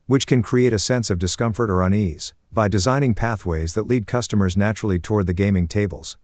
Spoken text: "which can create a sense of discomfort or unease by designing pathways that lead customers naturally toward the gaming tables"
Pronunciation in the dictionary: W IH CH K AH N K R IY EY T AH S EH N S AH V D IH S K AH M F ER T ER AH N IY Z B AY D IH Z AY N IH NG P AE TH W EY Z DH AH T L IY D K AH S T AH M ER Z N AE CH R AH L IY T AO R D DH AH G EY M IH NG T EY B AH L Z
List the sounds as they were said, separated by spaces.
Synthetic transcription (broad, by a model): W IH CH K AH N K R IY EY T AH S EH N S AH V D IH S K AH M F ER T ER AH N IY Z B AY D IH Z AY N IH NG P AE TH W EY Z DH AH T L IY D K AH S T AH M ER Z N AE CH R L IY T AO R D DH AH G EY M IH NG T EY B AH L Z